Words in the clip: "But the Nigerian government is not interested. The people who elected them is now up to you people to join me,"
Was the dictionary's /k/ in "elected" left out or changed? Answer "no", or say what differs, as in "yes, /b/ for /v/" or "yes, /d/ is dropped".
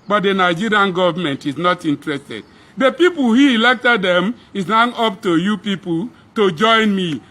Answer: no